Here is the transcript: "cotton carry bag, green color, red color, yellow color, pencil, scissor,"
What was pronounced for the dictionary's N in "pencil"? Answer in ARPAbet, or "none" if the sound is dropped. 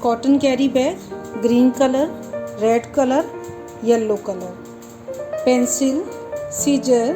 N